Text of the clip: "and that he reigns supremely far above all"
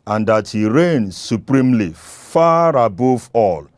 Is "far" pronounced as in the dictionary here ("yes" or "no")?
yes